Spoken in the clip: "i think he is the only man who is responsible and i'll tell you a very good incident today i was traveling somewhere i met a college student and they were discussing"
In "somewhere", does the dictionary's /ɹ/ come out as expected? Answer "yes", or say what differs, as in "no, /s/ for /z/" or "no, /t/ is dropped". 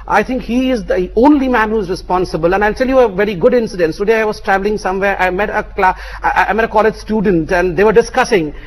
no, /l/ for /ɹ/